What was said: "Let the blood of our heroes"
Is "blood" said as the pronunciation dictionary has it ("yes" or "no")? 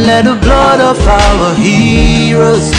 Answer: yes